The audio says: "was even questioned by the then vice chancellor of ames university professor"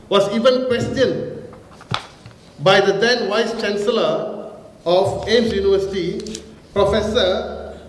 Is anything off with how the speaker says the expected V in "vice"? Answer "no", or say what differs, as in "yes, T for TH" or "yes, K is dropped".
yes, W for V